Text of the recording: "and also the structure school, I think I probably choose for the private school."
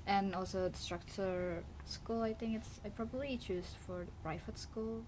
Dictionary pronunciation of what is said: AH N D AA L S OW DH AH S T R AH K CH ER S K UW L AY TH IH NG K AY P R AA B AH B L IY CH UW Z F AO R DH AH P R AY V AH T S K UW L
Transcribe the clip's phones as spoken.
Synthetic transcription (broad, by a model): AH N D AA L S OW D S T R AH K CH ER S K UW L AY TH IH NG K AY P R AA B AH B L IY CH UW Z F AO R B R AY F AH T S K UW L